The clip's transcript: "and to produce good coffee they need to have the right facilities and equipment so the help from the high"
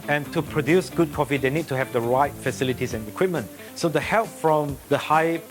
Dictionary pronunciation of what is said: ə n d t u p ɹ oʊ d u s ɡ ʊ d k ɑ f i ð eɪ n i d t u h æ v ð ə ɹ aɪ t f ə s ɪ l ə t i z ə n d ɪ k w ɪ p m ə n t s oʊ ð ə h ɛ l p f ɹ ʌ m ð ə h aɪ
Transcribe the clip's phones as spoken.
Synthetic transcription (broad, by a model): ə n t u p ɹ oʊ d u s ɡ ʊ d k ɑ f i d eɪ n i d t u h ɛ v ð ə ɹ aɪ t f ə s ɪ l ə t i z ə n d ɪ k w ɪ p m ə n t s oʊ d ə h ɛ l p f ɹ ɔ m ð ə h aɪ